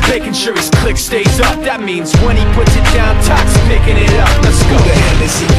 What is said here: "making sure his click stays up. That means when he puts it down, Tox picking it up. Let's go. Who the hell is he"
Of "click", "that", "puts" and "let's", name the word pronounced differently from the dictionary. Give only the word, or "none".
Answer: let's